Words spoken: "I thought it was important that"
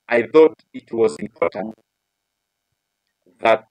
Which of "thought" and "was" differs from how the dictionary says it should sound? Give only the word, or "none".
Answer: none